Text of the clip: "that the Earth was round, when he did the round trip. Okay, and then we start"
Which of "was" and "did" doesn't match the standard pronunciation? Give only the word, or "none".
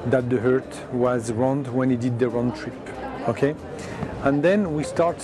none